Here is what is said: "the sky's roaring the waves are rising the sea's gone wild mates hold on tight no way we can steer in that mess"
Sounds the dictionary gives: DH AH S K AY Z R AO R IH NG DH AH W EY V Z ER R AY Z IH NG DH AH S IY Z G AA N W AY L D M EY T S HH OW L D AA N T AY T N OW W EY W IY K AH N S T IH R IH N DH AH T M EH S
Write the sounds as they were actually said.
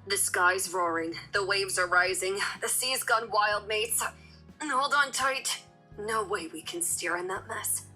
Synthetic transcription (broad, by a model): DH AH S K AY Z R AO R IH NG DH AH W EY V Z ER R AY Z IH NG DH AH S IY Z G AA N W AY L D M EY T S HH OW L D N T AY T N OW W EY W IY K AH N S T IH R IH N DH AH T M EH S